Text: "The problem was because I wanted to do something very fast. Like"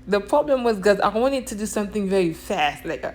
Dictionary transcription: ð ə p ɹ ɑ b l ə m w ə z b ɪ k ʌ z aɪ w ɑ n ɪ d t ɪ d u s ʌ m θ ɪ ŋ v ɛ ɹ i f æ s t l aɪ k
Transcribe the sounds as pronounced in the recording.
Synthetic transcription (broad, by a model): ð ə p ɹ ɑ b l ə m w ə z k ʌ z aɪ w ɑ n ɪ d t ɪ d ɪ s ʌ m θ ɪ ŋ v ɛ ɹ i f æ s t l aɪ k